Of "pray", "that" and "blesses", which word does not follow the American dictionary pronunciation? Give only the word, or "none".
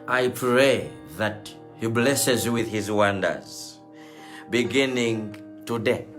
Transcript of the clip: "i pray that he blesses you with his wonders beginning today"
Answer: none